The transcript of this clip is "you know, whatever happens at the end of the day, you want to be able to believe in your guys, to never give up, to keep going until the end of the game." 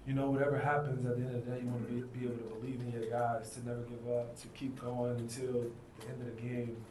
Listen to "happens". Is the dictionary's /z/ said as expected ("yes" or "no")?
yes